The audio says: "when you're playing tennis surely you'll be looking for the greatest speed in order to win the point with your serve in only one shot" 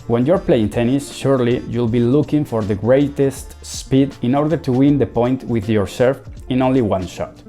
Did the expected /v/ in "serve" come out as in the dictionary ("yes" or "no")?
no